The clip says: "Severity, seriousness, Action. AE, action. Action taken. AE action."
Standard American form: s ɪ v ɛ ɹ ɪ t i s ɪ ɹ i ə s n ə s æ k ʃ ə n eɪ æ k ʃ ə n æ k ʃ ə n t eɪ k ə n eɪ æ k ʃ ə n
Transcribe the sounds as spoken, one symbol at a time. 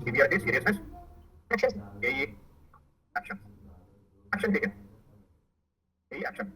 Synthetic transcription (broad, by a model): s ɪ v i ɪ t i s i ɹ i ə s ə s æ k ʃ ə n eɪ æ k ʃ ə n æ k ʃ ə n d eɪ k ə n eɪ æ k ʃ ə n